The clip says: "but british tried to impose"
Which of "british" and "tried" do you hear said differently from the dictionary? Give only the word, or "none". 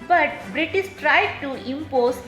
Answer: british